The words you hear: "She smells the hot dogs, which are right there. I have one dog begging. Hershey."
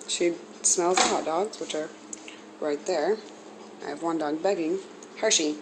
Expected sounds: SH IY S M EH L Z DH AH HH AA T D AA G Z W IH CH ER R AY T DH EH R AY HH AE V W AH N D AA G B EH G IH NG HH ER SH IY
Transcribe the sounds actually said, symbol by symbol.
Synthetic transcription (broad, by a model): SH IY S M EH L Z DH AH HH AA T D AA G Z W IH CH ER R AY T DH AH R AY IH V W AH N D AA G B EH G IH NG HH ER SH IY